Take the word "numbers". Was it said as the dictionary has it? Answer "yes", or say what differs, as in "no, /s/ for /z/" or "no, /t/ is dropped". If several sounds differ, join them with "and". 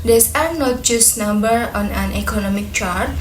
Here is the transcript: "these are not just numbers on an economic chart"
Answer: no, /z/ is dropped